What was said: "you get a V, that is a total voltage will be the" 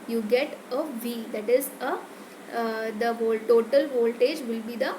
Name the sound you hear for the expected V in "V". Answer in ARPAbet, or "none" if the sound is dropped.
V